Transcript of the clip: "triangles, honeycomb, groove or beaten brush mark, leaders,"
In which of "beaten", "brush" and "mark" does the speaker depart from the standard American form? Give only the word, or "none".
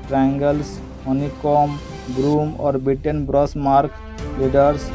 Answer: brush